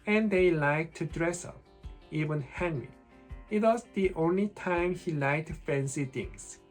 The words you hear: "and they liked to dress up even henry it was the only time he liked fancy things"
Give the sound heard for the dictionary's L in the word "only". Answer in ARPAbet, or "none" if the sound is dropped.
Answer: L